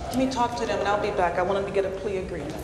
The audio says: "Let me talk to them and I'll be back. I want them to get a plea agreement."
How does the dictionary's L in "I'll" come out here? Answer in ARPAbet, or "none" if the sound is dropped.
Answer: L